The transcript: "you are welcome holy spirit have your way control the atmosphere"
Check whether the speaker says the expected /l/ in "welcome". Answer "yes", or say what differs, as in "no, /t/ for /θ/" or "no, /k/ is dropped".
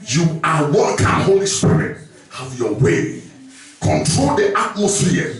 no, /l/ is dropped